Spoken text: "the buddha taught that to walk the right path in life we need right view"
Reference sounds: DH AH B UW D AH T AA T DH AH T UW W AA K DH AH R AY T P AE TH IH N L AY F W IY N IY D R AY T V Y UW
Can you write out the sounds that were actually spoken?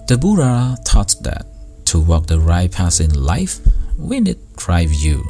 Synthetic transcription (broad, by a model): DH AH B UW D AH T AA T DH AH T UW W AA K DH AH R AY P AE S IH N L AY F W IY N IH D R AY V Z Y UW